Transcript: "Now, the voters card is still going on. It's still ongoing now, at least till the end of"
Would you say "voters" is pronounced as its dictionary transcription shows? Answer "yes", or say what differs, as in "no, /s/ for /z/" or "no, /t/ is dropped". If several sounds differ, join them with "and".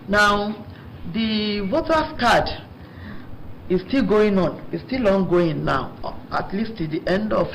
no, /w/ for /v/ and /s/ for /z/